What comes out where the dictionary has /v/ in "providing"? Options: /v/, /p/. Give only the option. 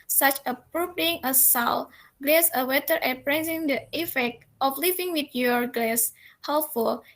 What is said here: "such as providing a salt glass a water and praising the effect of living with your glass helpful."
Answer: /p/